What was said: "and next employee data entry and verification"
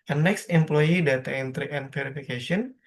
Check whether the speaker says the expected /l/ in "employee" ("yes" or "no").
yes